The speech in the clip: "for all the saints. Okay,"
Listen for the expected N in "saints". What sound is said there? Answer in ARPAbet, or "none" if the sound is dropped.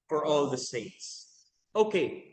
none